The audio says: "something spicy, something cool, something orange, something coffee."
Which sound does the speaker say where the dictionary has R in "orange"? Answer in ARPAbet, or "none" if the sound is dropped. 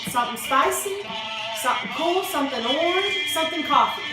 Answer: L